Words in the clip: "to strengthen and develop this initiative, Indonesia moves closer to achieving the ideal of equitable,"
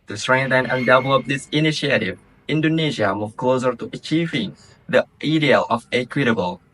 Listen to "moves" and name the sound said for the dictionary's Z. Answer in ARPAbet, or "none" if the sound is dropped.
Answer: none